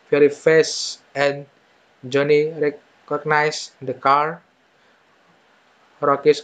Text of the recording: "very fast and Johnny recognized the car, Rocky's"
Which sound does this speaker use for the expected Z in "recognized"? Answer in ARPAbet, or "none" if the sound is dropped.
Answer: S